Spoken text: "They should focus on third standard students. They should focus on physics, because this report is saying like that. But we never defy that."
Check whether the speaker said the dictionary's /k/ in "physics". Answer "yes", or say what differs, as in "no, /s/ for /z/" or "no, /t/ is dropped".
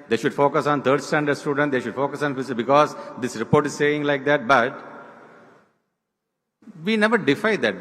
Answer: no, /k/ is dropped